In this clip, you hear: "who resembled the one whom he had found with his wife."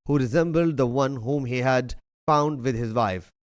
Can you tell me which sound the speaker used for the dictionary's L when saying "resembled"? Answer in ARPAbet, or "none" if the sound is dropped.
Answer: L